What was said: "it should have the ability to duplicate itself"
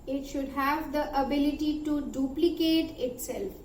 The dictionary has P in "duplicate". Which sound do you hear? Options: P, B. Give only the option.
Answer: P